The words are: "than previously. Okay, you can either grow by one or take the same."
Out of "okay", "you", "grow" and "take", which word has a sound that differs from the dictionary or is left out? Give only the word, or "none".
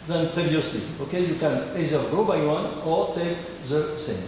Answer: grow